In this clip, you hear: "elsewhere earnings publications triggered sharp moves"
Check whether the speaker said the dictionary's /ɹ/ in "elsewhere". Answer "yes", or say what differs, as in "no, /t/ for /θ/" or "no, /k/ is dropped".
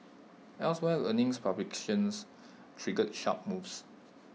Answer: no, /l/ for /ɹ/